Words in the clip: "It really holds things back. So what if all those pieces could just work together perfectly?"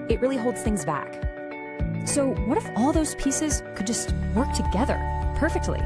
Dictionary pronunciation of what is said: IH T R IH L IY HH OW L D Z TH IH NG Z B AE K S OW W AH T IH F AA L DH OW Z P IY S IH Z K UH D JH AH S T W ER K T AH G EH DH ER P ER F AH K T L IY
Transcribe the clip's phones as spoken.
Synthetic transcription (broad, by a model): IH T R IH L IY HH OW L D Z TH IH NG Z B AE K S OW W AH T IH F AA L DH OW Z P IY S IH Z K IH D JH AH S T W ER K T AH G EH DH ER P ER F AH K T L IY